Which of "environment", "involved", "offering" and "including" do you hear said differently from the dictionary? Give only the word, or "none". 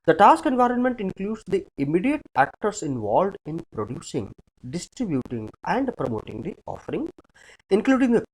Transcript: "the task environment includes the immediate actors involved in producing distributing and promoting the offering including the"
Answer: none